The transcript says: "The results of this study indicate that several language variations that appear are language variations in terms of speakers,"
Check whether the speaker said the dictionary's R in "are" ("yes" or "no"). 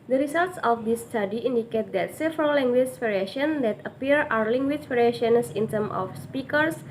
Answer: no